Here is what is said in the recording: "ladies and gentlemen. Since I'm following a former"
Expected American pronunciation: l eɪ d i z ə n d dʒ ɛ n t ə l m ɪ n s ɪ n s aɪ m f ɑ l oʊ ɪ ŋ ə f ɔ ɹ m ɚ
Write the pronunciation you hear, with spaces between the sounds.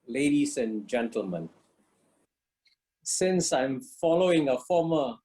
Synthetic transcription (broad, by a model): l eɪ d i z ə n dʒ ɛ n t ə l m ɪ n s ɪ n s aɪ m f ɑ l oʊ ɪ ŋ ə f ɔ m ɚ